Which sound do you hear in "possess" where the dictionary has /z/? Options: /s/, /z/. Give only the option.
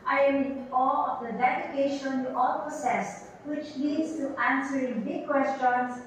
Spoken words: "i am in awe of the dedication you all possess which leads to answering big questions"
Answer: /s/